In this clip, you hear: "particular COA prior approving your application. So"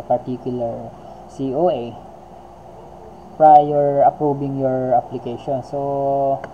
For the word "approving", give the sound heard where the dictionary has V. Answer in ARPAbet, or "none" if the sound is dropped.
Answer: B